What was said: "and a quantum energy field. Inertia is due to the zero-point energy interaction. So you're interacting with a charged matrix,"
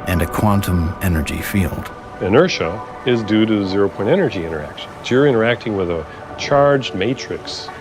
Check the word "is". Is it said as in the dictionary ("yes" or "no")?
yes